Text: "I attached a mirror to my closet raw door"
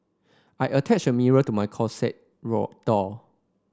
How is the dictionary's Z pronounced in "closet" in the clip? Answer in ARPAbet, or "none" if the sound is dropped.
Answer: S